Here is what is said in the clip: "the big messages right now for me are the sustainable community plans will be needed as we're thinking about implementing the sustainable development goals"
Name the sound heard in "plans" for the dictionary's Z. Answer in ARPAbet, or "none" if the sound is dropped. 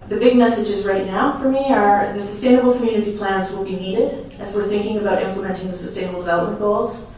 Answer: Z